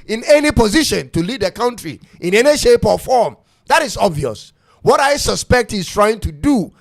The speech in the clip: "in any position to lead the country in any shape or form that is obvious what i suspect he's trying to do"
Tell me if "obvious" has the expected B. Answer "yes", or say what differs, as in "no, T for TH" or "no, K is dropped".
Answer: yes